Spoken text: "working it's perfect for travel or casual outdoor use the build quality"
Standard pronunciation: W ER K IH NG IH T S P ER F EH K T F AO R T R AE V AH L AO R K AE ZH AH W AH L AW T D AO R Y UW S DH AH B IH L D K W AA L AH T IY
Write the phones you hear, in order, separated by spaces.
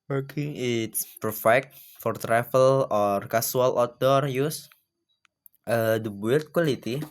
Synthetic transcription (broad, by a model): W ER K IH NG IH T S P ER F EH K T F AO R T R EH F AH L AO R K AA S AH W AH L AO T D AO R Y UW S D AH B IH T K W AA L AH T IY